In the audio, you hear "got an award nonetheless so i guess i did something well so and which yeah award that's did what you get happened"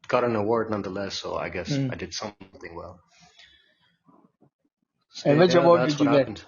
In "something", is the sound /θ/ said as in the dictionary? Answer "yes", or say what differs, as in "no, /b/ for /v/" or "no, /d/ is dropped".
yes